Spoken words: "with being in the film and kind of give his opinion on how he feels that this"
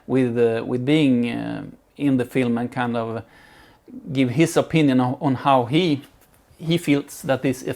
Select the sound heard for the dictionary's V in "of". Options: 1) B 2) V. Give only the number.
2